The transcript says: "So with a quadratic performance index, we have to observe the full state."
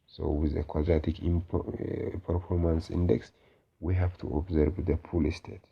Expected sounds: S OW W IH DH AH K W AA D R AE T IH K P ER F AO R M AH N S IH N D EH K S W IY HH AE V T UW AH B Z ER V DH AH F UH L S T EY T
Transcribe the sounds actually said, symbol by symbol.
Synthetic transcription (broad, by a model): S OW W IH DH AH K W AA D R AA T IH K P ER F AO R M AH N S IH N D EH K S W IY HH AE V T UW AH B Z ER V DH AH P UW L S T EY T